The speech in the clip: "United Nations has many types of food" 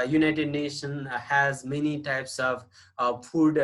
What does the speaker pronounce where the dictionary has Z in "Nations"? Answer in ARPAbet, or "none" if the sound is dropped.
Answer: none